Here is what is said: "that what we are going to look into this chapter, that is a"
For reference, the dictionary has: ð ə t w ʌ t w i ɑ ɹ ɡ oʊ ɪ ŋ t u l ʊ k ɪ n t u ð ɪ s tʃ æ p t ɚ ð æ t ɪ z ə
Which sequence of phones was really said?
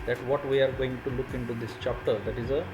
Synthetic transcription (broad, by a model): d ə t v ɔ t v i ɑ ɹ ɡ oʊ ɪ ŋ t u l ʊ k ɪ n t u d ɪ s tʃ æ p t ɚ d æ t ɪ z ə